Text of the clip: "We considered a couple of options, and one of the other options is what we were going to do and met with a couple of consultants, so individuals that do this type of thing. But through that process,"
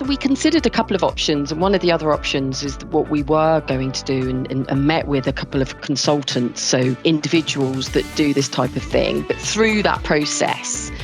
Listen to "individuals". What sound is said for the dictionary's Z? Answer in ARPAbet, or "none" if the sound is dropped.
Z